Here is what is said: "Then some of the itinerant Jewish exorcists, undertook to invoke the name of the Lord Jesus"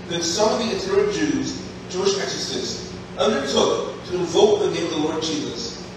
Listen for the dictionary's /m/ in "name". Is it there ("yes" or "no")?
no